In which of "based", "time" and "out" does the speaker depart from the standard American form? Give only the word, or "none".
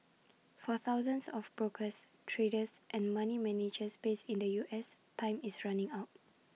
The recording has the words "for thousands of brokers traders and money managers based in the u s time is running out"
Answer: based